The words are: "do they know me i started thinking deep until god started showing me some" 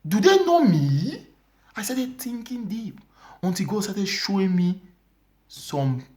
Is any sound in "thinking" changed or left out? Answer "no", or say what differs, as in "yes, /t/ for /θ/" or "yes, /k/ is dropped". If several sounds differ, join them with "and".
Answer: yes, /t/ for /θ/